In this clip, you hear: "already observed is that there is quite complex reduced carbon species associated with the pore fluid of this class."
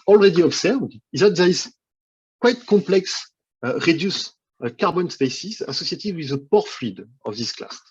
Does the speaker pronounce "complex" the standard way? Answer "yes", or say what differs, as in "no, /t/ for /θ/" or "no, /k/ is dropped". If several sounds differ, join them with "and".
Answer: no, /m/ is dropped